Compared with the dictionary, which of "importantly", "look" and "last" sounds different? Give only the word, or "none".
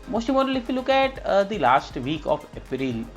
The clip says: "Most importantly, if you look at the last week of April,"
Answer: importantly